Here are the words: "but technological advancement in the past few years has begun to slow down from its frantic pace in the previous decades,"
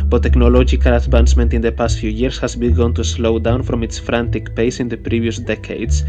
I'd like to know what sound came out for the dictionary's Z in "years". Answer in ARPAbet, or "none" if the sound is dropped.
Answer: S